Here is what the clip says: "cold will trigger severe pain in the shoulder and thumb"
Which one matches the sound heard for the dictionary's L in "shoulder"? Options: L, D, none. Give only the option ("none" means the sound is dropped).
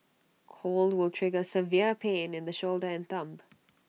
L